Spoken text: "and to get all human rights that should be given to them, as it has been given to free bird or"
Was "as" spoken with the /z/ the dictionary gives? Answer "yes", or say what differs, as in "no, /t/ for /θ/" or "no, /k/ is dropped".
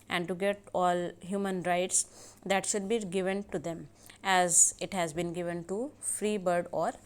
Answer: yes